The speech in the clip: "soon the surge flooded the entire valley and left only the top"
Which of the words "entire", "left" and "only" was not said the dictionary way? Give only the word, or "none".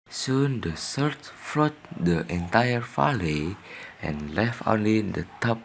none